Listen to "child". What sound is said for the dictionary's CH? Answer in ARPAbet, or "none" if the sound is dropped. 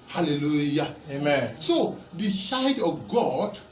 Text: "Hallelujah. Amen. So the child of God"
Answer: SH